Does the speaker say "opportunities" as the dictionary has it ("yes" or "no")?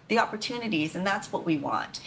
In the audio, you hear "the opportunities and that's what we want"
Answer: yes